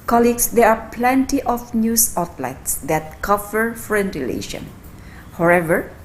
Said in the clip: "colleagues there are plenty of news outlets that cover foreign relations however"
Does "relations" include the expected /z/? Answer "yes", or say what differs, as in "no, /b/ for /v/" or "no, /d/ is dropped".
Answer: no, /z/ is dropped